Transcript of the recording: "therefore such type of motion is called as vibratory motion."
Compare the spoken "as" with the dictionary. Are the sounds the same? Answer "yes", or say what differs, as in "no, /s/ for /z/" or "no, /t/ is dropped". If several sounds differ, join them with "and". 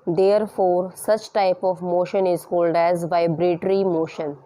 yes